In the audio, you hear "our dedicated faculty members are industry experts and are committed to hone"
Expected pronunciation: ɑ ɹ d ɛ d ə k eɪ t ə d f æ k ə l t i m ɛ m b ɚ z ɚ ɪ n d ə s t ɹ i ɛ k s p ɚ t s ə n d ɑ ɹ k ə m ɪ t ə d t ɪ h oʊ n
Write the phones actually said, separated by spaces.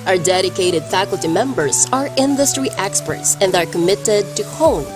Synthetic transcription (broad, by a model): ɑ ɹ d ɛ d ə k eɪ t ə d f æ k ə l t i m ɛ m b ɚ z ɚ ɪ n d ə s t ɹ i ɛ k s p ɚ t s ə n d ɑ ɹ k ə m ɪ t ə d t ɪ h oʊ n